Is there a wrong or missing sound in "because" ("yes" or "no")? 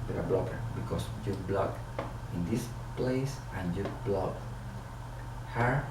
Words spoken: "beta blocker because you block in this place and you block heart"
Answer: yes